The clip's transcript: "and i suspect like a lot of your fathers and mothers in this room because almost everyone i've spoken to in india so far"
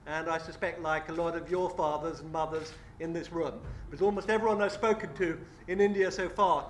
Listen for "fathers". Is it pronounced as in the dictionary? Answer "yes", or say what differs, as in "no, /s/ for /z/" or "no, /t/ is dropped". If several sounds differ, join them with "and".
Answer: yes